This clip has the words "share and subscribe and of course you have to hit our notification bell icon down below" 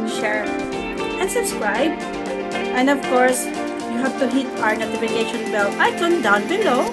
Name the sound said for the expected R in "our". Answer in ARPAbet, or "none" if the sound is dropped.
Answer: R